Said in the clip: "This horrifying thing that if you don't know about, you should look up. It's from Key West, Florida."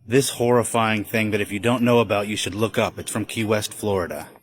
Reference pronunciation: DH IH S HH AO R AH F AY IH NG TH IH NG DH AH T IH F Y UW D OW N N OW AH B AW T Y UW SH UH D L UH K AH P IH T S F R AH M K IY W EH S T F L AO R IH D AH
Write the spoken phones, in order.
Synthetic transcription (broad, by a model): DH IH S HH AO R AH F AY IH NG TH IH NG DH AH T IH F Y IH D OW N N OW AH B AW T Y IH SH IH D L UH K AH P IH T S F R AH M K IY W EH S T F L AO R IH D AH